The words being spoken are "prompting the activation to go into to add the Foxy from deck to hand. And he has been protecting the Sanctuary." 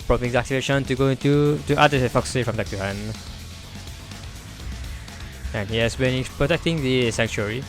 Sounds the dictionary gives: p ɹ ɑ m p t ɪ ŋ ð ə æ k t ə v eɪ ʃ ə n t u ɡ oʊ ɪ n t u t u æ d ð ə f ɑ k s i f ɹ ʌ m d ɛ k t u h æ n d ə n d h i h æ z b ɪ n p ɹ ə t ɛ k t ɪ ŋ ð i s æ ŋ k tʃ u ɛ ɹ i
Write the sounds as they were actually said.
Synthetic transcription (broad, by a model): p ɹ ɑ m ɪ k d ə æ k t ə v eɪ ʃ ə n t u ɡ oʊ ɪ n t u t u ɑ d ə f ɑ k s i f ɹ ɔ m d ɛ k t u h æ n ə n h i h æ s b ɪ n p ɹ ə t ɛ k t ɪ ŋ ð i s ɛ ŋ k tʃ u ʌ ɹ i